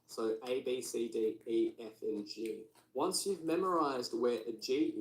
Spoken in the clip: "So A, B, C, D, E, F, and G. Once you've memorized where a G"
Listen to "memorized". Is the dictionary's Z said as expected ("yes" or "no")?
yes